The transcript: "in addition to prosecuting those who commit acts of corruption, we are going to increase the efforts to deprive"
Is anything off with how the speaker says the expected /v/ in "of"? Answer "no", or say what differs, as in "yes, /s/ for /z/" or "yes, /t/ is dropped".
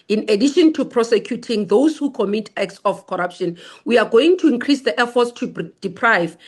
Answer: yes, /f/ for /v/